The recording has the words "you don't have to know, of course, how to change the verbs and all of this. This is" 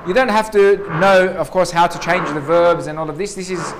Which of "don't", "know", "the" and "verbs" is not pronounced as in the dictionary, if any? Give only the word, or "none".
none